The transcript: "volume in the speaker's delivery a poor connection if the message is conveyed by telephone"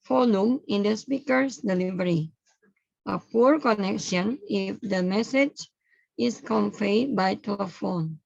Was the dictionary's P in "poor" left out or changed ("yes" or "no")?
no